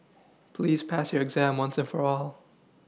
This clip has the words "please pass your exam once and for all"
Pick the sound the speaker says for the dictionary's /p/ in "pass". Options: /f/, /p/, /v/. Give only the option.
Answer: /p/